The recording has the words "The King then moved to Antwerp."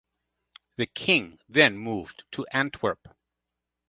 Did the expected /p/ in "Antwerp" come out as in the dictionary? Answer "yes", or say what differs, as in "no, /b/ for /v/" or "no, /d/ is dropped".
yes